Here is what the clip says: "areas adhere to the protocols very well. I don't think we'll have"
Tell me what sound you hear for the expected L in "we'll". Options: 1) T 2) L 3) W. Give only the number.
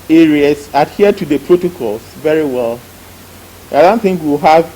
3